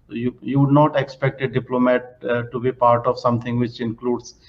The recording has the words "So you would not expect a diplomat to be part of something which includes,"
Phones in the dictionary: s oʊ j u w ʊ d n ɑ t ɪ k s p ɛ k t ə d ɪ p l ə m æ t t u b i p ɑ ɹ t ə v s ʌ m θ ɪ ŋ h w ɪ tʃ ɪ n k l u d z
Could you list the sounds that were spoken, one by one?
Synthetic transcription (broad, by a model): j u j u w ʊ d n ɑ t ɪ k s p ɛ k t ə d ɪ p l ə m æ t t u b i p ɑ ɹ t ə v s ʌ m t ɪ ŋ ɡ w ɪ tʃ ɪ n k l u d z